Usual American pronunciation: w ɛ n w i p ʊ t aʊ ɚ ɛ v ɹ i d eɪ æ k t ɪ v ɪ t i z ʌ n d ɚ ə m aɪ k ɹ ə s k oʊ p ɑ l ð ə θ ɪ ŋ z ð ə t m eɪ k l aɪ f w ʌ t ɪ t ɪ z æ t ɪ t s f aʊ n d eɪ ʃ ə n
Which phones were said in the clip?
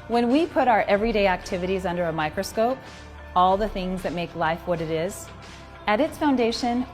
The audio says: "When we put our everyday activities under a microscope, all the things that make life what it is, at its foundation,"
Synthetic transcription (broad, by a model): w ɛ n w i p ʊ t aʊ ɚ ɛ v ɹ i d eɪ æ k t ɪ v ɪ t i z ʌ n d ɚ ə m aɪ k ɹ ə s k oʊ p ɑ l ð ə θ ɪ ŋ z ð ə t m eɪ k l aɪ f w ʌ t ɪ t ɪ z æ t ɪ t s f aʊ n d eɪ ʃ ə n